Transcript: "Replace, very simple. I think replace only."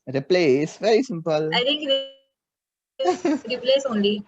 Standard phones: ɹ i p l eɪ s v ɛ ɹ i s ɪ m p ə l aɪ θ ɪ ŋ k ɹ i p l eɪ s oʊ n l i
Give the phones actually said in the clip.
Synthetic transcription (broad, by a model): ɹ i p l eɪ s v ɛ ɹ i s ɪ m p ə l aɪ t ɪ ŋ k ɹ i p l eɪ s oʊ n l i